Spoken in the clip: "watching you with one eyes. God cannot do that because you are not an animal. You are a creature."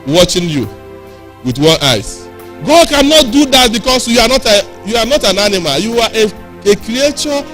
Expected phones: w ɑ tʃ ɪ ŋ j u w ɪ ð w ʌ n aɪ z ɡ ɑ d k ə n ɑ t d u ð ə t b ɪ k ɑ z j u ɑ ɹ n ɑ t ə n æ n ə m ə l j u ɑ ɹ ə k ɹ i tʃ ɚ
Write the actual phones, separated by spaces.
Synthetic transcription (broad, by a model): w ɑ tʃ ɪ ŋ j u w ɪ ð w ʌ n aɪ s ɡ ɑ d k ə n ɑ t d u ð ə t b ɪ k ɑ s j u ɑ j n ɑ t ə n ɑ n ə m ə l j u ɑ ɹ ə k ɹ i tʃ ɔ